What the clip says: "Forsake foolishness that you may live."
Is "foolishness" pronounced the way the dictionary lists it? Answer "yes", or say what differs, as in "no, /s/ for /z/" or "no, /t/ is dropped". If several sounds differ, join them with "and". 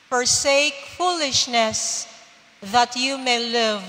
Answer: yes